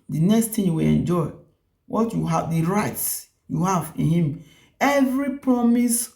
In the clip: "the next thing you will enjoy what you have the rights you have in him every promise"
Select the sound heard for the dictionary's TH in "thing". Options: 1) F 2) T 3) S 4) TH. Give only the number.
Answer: 2